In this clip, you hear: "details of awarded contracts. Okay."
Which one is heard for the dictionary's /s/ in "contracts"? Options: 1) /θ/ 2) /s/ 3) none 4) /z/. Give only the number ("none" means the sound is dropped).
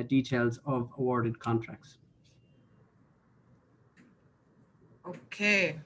2